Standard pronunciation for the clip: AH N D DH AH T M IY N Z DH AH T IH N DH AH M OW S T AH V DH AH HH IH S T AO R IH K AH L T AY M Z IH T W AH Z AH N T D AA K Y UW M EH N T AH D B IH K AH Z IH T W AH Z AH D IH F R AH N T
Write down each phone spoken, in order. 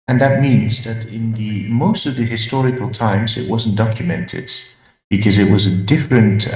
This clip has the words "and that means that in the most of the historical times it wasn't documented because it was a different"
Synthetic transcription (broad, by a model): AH N DH AH T M IY N Z DH AH T IH N DH AH M OW S T AH V DH AH HH IH S T AO R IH K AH L T AY M Z IH T W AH Z N D AA K Y UW M EH N T AH D B IH K AH Z IH T W AH Z AH D IH F R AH N T